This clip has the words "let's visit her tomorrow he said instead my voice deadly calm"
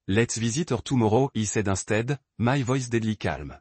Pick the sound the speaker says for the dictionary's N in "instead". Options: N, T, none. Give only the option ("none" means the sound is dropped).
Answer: none